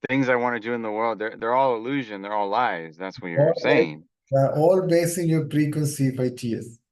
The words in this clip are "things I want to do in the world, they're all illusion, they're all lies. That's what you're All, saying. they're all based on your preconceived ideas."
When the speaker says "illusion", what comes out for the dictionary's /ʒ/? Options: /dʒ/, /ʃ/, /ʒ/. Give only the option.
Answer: /ʒ/